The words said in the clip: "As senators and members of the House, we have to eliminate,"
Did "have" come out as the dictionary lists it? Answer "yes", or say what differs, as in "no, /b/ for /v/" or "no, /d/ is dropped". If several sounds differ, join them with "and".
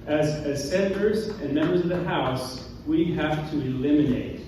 no, /f/ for /v/